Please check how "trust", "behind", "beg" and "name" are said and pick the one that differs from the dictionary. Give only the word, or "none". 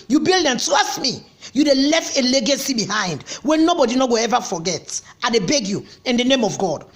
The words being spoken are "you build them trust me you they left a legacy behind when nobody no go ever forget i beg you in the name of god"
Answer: trust